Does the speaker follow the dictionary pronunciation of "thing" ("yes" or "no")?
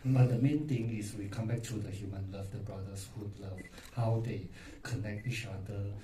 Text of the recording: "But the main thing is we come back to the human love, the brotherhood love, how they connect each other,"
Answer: no